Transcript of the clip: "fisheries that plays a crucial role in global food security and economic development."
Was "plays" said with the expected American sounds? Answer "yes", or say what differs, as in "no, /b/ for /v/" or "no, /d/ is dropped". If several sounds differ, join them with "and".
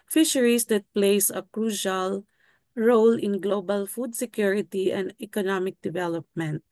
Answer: no, /s/ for /z/